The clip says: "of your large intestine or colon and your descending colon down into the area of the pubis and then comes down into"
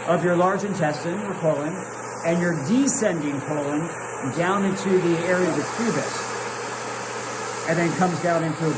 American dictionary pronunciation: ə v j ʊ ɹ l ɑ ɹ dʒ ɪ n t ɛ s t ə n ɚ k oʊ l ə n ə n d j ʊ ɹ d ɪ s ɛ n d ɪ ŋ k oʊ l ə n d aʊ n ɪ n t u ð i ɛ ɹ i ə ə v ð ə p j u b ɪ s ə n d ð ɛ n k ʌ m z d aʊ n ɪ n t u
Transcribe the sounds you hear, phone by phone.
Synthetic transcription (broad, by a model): ə v j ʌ ɹ l ɑ ɹ dʒ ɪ n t ɛ s t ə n ɚ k oʊ l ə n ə n j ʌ ɹ d ɪ s ɛ n d ɪ ŋ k oʊ l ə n d aʊ n ɪ n t u ð i ɛ ɹ i ə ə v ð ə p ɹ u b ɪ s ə n ð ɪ n k ʌ m z d aʊ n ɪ n t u